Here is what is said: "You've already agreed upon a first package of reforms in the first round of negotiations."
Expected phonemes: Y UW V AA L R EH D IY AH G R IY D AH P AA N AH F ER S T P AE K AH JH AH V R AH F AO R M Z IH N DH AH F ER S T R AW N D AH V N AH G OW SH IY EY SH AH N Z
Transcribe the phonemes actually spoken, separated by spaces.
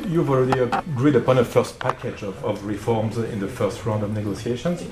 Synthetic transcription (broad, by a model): Y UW V AA L R EH D IY AH G R IY D AH P AA N AH F ER S T P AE K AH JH AH V R AH F AO R M Z IH N DH AH F ER S T R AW N D AH V N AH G OW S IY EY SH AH N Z